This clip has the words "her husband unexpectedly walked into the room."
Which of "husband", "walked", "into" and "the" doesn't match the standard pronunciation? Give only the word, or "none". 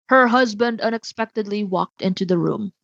none